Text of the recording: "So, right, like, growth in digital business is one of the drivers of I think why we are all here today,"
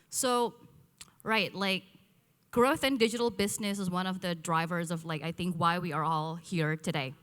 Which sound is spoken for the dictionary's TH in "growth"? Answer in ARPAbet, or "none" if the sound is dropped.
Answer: TH